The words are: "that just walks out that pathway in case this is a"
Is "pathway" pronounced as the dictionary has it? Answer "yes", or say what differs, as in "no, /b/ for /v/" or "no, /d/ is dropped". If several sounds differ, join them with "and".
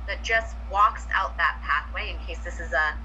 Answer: yes